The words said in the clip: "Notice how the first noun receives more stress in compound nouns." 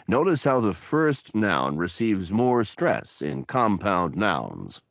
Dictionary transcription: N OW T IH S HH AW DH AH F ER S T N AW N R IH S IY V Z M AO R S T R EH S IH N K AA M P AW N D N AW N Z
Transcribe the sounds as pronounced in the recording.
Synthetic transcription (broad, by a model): N OW T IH S HH AW DH AH F ER S T N AW N R IH S IY V Z M AO R S T R EH S IH N K AA M P AW N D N AW N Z